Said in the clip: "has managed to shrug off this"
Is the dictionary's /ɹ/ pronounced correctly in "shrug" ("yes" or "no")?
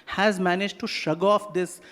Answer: no